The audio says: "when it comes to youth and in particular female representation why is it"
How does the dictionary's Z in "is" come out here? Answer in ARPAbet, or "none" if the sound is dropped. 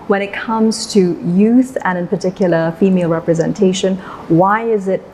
Z